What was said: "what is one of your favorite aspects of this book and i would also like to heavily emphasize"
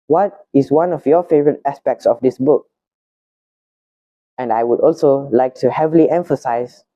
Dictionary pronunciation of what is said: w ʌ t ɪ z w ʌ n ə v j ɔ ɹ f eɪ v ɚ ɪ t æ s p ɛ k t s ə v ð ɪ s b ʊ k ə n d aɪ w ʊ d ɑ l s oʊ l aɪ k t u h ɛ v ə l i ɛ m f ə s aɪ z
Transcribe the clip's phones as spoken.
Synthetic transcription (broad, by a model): w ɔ t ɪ s w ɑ n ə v j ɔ f eɪ v ɚ ɪ t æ s p ɛ k t s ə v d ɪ s b ʊ k ə n d aɪ w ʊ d ɑ l s oʊ l aɪ k t u h ɛ v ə l i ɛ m f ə s aɪ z